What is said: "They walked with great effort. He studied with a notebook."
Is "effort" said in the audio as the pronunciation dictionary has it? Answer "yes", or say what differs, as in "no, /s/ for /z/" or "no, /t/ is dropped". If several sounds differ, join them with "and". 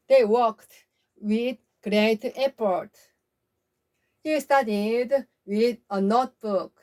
no, /p/ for /f/